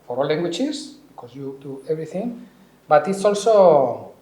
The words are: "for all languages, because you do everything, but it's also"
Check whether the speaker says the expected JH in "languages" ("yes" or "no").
no